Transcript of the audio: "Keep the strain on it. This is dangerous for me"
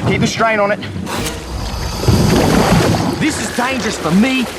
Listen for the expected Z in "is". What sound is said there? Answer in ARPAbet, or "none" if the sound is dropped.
Z